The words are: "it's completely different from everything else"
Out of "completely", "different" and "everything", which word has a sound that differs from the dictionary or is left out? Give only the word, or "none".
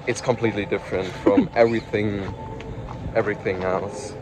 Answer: none